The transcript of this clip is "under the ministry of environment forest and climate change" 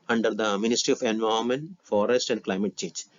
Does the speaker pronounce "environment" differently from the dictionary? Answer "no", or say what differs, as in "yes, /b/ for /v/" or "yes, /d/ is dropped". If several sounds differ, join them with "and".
yes, /ɹ/ is dropped